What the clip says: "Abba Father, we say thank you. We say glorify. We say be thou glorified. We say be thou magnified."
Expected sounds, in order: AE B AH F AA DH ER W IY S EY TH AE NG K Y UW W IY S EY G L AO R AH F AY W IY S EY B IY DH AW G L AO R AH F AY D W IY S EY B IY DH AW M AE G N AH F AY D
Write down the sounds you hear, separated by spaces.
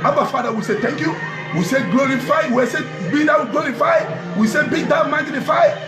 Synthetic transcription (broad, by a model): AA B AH F AA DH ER W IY S EY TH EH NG K Y UW W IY S EY G L AO R AH F AY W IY S EY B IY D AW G L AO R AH F AY W IY S EY B IY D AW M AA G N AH F AY